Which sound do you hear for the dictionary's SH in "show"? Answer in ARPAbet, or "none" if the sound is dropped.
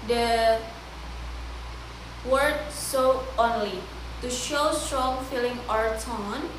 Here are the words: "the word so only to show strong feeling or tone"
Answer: SH